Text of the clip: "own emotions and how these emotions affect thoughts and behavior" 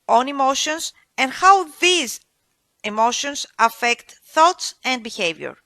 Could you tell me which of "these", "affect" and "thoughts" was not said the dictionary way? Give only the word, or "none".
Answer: none